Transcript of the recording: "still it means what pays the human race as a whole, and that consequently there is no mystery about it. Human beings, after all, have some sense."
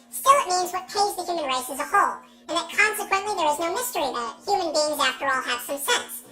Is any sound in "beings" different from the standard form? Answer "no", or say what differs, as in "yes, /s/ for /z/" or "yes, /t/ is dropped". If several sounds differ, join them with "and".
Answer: no